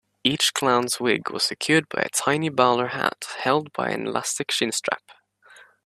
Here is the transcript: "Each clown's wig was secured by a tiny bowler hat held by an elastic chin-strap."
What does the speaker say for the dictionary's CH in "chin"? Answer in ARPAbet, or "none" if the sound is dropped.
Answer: SH